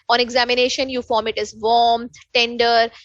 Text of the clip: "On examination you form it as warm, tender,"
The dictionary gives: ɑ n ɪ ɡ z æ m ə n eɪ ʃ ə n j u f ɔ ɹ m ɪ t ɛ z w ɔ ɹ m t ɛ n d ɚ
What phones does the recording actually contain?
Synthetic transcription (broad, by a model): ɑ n ɪ ɡ z æ m ə n eɪ ʃ ə n j u f ɔ ɹ m ɪ t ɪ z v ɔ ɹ m t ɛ n d ɚ